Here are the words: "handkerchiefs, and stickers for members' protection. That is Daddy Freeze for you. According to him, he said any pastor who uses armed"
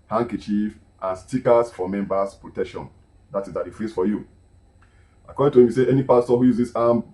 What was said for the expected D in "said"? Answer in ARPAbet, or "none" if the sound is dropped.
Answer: none